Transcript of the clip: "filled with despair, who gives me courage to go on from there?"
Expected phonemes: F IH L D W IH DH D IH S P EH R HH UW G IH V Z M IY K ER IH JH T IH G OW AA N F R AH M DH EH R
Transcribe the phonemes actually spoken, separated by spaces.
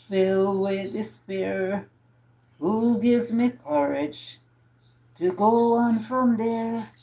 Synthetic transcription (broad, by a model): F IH L W IH DH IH S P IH R HH UW G IH V Z M IY K ER IH JH T IH G OW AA N F R AH M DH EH R